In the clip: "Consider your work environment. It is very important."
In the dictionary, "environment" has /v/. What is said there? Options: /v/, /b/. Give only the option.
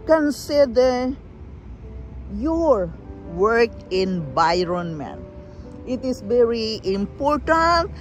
/b/